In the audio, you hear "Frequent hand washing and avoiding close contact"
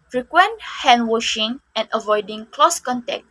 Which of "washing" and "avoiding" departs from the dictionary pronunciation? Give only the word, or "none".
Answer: none